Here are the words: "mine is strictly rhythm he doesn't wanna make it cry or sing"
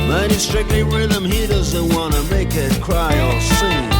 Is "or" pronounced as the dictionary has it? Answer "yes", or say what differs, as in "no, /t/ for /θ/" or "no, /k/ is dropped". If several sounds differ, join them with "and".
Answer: no, /l/ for /ɹ/